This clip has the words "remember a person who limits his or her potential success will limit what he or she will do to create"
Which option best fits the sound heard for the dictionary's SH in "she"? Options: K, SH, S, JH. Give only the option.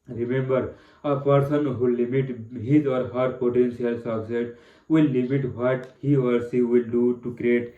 S